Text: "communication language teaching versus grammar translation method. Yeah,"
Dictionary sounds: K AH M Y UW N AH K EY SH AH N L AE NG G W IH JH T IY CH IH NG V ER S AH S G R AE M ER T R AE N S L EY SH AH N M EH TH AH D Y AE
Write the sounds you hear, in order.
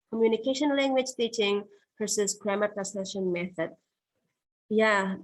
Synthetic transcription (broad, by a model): K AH M Y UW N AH K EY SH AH N L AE NG G W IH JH T IY CH IH NG P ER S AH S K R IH M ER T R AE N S EY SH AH N M EH TH AH D Y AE